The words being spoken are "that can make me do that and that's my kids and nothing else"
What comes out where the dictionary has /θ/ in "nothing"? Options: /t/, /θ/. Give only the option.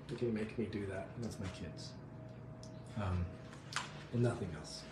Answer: /θ/